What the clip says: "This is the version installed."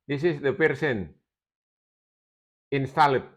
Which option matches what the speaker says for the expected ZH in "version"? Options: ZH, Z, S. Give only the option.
S